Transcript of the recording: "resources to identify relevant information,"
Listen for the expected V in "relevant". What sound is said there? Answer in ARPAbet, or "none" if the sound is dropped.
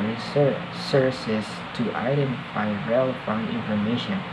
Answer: F